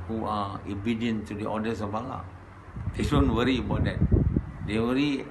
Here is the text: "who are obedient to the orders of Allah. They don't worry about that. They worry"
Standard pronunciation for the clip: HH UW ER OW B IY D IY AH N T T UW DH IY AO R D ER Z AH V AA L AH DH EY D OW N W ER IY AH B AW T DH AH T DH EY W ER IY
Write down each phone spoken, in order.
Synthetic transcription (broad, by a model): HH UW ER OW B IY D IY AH N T T UW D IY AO D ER S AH B AA L AH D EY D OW N W ER IY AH B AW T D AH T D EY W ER IY